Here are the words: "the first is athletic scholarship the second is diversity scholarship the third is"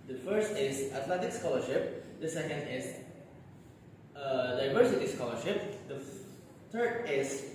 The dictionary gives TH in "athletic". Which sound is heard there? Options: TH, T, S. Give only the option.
T